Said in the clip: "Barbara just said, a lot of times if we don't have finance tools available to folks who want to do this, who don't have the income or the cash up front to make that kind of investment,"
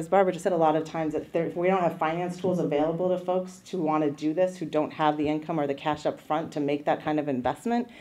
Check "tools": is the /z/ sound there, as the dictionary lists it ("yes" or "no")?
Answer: yes